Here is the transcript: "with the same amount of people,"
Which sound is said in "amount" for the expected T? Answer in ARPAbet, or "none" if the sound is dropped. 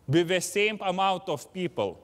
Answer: T